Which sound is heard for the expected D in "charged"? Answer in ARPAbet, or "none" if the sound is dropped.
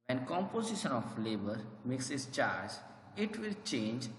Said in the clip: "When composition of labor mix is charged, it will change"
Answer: none